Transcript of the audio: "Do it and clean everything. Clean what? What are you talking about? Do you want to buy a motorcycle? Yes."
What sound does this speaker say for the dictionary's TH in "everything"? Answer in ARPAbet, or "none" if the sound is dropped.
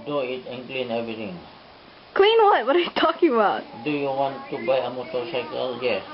T